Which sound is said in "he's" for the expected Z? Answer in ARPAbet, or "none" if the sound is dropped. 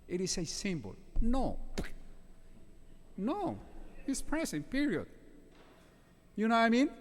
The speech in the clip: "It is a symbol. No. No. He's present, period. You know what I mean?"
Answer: S